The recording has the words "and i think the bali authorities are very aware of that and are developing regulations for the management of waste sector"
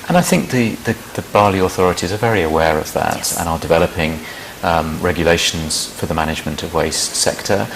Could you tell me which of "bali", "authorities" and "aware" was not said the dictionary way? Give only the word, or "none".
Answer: none